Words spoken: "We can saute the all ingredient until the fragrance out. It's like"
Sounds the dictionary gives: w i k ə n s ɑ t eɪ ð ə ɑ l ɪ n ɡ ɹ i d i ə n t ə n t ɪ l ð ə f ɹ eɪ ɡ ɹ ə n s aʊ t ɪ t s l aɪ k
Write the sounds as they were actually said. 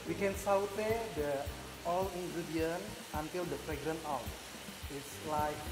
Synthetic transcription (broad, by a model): w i k ə n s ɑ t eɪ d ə ɑ l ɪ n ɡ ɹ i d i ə n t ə n t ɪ l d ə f ɹ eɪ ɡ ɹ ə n aʊ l ɪ t s l aɪ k